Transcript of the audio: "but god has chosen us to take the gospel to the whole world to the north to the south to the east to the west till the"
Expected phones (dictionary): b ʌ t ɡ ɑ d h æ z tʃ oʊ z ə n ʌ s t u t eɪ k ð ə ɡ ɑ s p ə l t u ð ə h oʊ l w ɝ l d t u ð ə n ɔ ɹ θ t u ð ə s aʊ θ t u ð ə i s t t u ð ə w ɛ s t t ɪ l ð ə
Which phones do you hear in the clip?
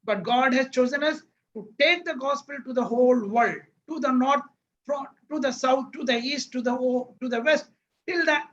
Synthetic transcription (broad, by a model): b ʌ t ɡ ɑ d h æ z tʃ oʊ z ə n ʌ s t u t eɪ k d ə ɡ ɑ s p ə l t u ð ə h oʊ l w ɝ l d t u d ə n ɔ ɹ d t u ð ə s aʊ t t u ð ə i s t t u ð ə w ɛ s t t ɪ l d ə